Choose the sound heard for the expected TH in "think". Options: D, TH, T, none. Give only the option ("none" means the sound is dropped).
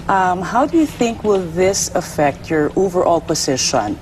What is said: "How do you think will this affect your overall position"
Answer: TH